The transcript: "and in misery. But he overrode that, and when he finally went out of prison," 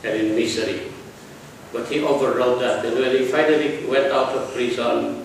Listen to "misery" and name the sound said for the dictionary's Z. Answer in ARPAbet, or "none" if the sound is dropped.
S